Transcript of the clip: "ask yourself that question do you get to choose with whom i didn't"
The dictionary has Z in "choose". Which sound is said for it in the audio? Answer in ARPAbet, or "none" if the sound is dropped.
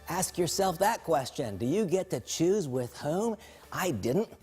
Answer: Z